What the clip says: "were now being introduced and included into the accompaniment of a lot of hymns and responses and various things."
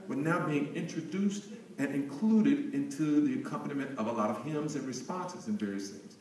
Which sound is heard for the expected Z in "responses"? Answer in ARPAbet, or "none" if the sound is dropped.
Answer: Z